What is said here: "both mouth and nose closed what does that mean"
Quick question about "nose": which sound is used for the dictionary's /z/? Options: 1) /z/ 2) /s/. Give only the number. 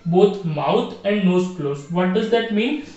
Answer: 2